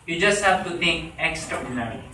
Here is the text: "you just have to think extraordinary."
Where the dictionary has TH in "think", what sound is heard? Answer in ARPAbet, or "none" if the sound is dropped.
T